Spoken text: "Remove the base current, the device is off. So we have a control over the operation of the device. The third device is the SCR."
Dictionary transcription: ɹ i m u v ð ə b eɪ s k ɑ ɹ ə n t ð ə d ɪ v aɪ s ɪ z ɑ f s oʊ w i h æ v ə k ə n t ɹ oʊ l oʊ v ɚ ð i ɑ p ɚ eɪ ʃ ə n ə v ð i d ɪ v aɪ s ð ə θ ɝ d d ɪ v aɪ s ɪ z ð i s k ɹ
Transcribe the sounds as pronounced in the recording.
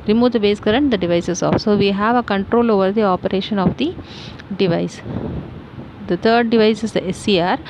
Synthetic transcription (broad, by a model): ɹ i m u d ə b eɪ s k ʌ ɹ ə n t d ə d ɪ v aɪ s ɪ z ɑ f s oʊ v i h æ v ə k ə n t ɹ oʊ l oʊ v ɚ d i ɑ p ɚ eɪ ʃ ə n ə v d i d ɪ v aɪ s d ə t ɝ d d ɪ v aɪ s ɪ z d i s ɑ ɹ